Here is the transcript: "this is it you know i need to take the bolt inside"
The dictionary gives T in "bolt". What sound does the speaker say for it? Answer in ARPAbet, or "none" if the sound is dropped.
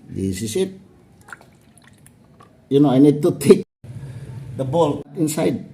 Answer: none